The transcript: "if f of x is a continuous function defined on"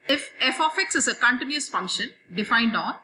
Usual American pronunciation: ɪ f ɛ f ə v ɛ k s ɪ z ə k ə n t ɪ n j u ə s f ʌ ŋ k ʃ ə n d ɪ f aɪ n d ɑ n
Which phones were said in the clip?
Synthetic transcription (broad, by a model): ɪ f ɛ f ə f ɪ k s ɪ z ə k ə n t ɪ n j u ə s f ʌ ŋ k ʃ ə n d ɪ f aɪ n d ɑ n